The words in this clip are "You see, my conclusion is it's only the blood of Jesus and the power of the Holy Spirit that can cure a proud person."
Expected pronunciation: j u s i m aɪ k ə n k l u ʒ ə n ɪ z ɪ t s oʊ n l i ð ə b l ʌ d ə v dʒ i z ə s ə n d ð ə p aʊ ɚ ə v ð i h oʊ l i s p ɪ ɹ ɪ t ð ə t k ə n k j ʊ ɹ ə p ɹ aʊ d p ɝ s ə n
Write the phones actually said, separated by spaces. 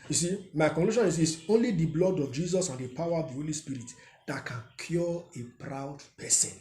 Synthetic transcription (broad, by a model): j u s i m aɪ k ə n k l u ʃ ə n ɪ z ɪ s oʊ n l i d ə b l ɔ d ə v dʒ i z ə s ə n d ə p aʊ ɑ ə v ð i h oʊ l i s p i ɹ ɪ t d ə t k ə n k j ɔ ə p ɹ aʊ d p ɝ s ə n